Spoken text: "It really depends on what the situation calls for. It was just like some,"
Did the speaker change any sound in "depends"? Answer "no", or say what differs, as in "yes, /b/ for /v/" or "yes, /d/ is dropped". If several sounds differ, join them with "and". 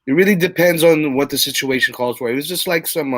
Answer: no